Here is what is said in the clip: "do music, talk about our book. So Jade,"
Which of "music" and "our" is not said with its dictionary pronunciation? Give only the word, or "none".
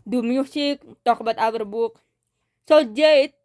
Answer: music